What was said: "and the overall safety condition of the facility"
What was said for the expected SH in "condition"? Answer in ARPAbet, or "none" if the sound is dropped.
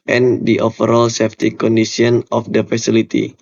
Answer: S